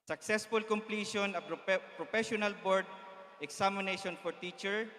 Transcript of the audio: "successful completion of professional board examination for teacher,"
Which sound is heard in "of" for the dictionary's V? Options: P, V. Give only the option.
P